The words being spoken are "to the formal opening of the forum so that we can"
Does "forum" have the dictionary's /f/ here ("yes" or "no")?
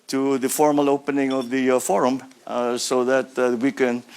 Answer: yes